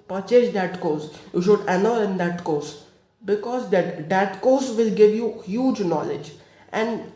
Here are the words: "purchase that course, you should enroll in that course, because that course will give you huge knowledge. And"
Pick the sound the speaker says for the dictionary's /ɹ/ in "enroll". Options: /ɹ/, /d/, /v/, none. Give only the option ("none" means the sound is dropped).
none